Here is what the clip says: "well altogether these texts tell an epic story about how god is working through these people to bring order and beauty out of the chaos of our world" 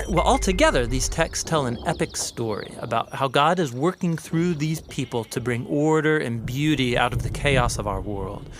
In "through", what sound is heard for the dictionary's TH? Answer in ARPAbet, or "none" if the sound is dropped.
TH